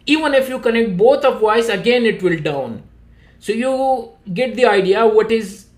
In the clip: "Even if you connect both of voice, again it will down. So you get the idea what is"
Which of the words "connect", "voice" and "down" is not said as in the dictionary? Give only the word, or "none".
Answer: voice